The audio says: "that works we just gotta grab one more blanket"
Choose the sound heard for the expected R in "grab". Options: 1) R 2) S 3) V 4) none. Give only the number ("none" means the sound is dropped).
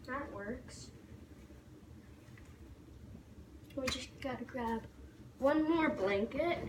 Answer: 1